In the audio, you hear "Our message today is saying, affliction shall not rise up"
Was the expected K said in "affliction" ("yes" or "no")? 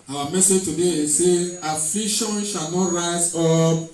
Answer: no